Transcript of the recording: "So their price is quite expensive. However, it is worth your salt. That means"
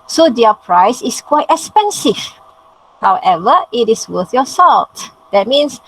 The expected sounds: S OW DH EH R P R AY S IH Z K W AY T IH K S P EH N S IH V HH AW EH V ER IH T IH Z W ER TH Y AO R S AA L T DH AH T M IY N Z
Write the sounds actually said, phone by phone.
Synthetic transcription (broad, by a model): S OW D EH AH P R AY S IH S K W AY T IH K S P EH N S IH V HH AW EH V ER IH T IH S W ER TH Y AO S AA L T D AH T M IY N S